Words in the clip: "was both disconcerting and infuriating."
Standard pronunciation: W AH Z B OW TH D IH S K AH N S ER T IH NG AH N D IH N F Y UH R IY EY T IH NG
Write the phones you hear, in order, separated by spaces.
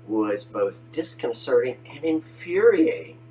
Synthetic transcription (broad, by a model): W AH Z B OW TH D IH S K AH N S ER T IH NG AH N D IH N F Y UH R IY EY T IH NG